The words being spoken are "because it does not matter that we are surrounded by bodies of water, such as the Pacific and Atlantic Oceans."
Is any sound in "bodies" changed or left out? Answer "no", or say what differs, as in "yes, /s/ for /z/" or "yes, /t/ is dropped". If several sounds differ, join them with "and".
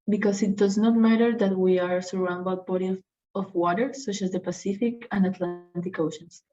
yes, /z/ is dropped